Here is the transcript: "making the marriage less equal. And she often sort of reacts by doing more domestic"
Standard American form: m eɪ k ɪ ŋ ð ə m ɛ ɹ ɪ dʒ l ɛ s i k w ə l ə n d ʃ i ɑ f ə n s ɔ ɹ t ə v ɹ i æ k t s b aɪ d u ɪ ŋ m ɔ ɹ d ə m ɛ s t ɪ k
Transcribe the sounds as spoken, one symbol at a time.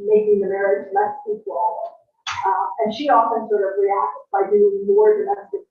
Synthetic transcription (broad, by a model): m eɪ k ɪ ŋ ð ə m ɛ ɹ ɪ dʒ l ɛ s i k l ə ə n ʃ i ɑ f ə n s ɔ ɹ t ə v ɹ i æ k t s b aɪ d u ɪ ŋ m ɔ ɹ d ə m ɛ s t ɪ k